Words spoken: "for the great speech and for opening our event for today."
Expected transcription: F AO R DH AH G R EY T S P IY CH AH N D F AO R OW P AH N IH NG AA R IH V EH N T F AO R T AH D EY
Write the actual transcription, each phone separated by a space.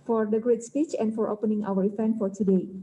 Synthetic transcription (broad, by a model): F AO R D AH G R EY T S P IY CH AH N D F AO R OW P AH N IH NG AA W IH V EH N F AO R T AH D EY